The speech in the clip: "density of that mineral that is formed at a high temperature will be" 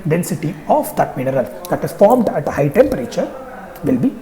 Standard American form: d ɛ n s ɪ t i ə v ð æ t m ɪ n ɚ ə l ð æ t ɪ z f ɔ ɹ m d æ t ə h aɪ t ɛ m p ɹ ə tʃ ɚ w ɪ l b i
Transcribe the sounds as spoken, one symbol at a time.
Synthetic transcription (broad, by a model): d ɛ n s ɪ t i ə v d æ t m ɪ n ɚ ə l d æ t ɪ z f ɔ ɹ m d æ t ə h aɪ t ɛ m p ɹ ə tʃ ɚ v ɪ l b i